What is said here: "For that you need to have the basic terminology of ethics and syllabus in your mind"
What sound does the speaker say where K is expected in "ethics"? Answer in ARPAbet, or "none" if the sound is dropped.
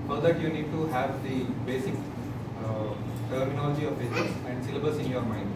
none